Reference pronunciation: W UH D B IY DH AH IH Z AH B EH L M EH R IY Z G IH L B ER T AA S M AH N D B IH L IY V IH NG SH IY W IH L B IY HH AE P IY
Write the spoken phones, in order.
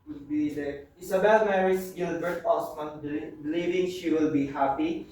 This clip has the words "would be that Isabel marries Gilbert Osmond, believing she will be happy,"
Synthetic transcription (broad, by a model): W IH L B IY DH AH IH S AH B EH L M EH R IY S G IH L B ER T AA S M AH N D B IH L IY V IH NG SH IY W IH L B IY HH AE P IY